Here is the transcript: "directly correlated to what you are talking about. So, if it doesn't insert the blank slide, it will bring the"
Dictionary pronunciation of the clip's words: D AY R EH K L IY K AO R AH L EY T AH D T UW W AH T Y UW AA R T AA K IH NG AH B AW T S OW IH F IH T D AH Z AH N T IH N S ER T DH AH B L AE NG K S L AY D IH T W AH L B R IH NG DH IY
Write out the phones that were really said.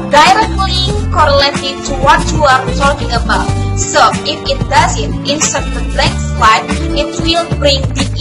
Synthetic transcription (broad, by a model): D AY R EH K L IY K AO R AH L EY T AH T UW W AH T Y UW AA R T AA K IH NG AH B AW T S OW IH F IH T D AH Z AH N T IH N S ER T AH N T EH K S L AY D IH T W AH L B R IH NG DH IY